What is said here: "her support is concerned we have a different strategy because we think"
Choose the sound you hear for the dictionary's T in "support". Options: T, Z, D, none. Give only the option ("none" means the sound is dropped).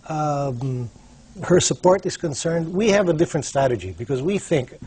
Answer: T